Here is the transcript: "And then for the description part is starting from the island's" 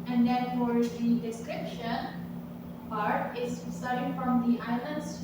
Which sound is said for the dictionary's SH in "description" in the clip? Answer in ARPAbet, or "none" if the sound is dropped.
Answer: SH